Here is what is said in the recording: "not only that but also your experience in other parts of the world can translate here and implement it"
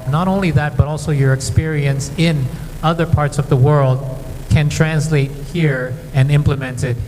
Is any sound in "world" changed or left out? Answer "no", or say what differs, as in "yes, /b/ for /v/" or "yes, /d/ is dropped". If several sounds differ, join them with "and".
no